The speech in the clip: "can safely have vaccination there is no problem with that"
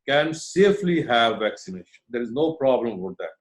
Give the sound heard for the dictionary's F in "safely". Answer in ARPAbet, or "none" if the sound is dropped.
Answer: F